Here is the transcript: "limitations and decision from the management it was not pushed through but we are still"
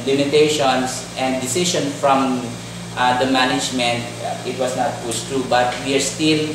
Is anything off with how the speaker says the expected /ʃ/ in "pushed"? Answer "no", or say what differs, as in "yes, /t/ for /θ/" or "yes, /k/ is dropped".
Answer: yes, /s/ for /ʃ/